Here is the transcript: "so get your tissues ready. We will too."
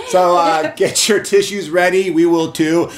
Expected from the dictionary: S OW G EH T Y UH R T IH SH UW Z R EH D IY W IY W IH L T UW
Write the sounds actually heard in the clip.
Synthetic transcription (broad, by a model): S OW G EH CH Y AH R T IH SH UW Z R EH D IY W IY W IH L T UW